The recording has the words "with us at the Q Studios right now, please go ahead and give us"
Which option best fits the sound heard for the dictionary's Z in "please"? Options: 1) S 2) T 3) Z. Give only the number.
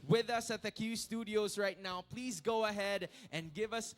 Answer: 3